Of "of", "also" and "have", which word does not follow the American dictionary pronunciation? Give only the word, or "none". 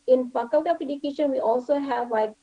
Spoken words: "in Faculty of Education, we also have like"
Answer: of